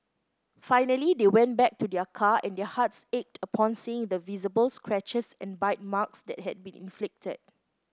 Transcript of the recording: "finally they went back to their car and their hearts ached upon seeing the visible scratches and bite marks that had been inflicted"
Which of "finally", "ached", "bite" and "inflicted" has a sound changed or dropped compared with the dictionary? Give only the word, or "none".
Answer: none